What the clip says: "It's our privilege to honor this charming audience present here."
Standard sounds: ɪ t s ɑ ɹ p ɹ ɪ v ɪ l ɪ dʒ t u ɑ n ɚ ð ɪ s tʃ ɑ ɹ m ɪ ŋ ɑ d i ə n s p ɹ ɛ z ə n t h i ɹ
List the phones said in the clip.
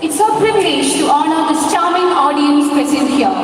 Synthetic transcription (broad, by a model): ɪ t s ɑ p ɹ ɪ v ɪ l ɪ dʒ t u ɑ n ɚ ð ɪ s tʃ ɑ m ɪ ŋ ɑ d i ə n s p ɛ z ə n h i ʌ